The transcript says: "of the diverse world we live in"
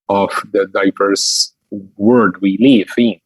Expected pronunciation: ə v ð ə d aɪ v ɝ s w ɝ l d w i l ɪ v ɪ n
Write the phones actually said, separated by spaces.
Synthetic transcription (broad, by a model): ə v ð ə d aɪ v ɝ s w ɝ d w i l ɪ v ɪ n